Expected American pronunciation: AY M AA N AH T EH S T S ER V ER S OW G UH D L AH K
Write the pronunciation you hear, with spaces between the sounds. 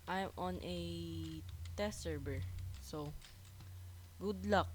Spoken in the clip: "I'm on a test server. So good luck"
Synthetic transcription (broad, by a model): AY M AA N T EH T S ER B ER S OW G UH D L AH K